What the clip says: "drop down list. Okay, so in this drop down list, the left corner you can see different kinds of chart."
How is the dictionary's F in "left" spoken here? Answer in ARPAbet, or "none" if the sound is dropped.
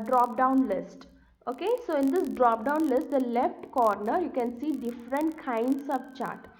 F